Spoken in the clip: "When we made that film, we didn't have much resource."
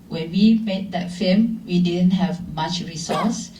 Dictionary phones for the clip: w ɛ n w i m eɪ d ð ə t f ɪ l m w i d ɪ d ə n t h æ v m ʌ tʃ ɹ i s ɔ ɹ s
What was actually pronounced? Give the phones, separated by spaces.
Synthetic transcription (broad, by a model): w ɛ n w i m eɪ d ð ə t f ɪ m w i d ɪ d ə n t h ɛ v m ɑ tʃ ɹ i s ɔ s